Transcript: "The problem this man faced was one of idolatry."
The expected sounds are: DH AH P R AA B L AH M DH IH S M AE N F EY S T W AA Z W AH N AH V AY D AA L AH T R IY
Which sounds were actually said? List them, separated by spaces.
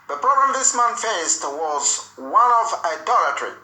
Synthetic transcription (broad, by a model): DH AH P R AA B AH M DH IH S M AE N F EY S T W AA Z W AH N AH V AY D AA L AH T R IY